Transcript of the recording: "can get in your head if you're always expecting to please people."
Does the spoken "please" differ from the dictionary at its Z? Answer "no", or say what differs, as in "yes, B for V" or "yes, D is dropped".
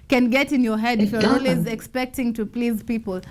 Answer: no